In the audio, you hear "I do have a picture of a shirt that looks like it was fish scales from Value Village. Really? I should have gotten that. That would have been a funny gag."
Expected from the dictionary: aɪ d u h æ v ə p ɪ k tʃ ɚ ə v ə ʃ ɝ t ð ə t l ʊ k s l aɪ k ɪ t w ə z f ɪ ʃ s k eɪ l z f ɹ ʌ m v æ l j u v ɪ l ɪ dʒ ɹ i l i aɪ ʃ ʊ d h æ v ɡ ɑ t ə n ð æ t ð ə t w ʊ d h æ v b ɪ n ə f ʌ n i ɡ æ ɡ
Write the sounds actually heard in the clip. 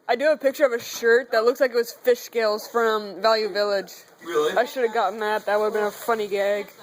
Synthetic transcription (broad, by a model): aɪ d ə p ɪ k tʃ ɚ ə v ə ʃ ɝ t ð ə t l ʊ k s l aɪ k ɪ t w ə z f ɪ ʃ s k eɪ l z f ɹ ʌ m v æ l j u v ɪ l ɪ dʒ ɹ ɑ i ʃ ʊ d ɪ v ɡ ɑ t n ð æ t ð ə t w ʊ d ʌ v b ɪ n ə f ʌ n i ɡ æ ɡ